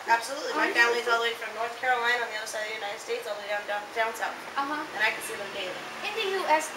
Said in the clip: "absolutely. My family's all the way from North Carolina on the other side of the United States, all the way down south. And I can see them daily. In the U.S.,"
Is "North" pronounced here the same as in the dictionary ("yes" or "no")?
yes